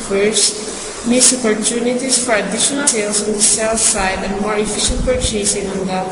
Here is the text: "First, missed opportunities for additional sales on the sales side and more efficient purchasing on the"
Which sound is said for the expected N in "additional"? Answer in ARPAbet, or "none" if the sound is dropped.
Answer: none